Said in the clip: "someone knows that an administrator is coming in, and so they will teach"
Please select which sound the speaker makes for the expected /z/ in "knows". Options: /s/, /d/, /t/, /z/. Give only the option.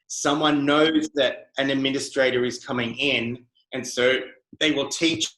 /z/